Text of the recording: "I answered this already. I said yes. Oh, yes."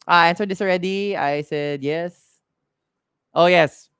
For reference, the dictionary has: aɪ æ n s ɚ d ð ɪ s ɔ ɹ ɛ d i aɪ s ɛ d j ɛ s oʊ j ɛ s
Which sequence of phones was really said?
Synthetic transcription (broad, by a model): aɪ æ n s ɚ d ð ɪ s ɔ ɹ ɛ d i aɪ s ɛ d j ɛ s oʊ j ɛ s